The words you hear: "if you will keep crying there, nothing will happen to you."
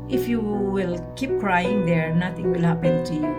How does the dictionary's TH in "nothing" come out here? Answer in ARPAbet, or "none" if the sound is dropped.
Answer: T